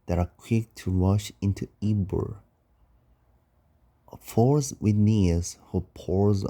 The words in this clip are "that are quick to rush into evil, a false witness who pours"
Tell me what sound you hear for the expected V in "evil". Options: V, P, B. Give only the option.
B